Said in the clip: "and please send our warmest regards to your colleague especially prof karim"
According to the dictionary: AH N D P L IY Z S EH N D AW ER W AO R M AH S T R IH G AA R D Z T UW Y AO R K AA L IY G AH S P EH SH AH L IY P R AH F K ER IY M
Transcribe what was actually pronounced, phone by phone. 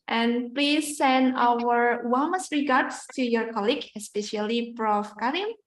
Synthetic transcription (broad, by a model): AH N P L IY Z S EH N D AW ER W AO L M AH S R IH G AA R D S T UW Y AO R K AA L IY G AH S P EH SH AH L IY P R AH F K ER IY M